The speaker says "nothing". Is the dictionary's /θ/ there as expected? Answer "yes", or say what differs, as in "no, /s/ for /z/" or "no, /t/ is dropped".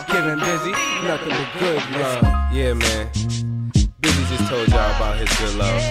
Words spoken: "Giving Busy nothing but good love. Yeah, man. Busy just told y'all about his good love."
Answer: no, /t/ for /θ/